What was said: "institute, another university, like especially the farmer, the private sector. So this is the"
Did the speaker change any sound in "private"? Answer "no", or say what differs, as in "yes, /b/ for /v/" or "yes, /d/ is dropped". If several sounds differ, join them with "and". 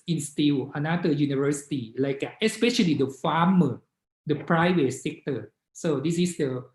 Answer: yes, /w/ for /v/